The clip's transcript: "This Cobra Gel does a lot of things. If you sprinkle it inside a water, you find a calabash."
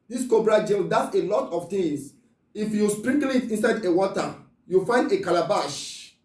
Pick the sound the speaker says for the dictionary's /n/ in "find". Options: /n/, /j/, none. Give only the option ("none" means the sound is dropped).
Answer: /n/